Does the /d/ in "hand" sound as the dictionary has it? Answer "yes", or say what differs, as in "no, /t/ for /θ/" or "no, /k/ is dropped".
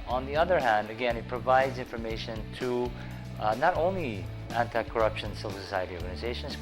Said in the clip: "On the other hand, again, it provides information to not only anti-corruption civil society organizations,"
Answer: yes